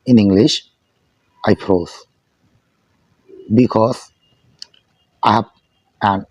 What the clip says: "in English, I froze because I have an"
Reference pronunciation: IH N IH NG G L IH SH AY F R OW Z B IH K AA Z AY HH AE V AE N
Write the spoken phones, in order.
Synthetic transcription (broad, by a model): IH N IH NG G L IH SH AY P R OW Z B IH K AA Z AY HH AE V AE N